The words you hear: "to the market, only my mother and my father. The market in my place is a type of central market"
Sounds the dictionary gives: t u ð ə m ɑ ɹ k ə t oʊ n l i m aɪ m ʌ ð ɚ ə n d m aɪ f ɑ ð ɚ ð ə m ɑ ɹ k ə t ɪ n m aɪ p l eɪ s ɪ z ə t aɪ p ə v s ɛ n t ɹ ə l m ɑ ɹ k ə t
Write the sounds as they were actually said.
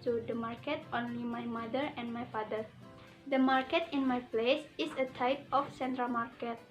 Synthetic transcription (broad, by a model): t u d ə m ɑ ɹ k ə t oʊ n l i m aɪ m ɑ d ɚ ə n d m aɪ f ɑ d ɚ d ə m ɑ ɹ k ə t ɪ n m aɪ p l eɪ s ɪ s ə t aɪ p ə f s ɛ n t ɹ ə l m ɑ ɹ k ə t